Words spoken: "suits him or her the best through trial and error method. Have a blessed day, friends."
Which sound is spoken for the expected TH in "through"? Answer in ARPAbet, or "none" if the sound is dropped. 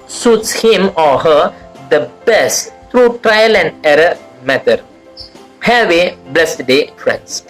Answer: T